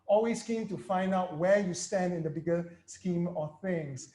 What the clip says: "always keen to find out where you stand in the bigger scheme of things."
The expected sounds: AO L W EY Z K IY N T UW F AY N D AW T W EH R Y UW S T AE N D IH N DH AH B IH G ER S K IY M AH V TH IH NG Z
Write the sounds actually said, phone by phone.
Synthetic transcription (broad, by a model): AO L W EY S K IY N T UW F AY N D AW T W EH Y UW S T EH N D IH N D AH B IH G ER S K IY M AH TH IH NG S